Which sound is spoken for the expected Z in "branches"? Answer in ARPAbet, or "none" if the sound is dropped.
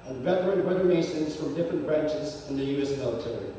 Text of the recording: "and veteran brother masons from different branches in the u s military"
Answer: Z